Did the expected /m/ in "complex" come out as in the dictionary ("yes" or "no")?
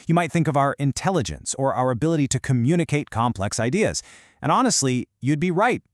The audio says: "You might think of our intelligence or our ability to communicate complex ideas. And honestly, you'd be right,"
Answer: yes